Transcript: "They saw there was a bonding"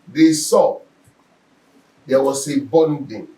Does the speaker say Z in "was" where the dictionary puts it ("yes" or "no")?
no